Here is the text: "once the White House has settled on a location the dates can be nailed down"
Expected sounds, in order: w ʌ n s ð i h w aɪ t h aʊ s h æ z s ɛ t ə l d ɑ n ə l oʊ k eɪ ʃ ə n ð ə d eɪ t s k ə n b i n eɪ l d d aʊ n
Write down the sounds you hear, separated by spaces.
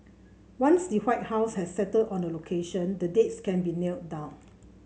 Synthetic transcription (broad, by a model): w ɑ n s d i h w aɪ t h aʊ s h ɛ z s ɛ t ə d ɑ n ə l oʊ k eɪ ʃ ə n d ə d eɪ t s k ə n b i n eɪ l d d aʊ n